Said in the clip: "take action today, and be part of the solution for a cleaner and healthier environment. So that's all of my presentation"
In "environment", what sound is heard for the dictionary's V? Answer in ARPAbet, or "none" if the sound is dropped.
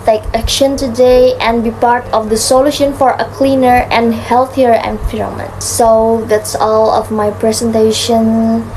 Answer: F